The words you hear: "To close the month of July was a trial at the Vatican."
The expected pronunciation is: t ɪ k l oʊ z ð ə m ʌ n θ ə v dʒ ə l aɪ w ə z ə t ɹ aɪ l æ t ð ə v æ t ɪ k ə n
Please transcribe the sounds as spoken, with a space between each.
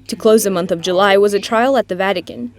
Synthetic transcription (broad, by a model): t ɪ k l oʊ z ð ə m ʌ n θ ə v dʒ ə l aɪ w ə z ə t ɹ aɪ l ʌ t ð ə v æ t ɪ k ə n